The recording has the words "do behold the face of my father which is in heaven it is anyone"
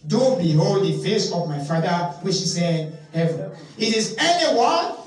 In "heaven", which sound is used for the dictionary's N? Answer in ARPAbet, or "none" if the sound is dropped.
none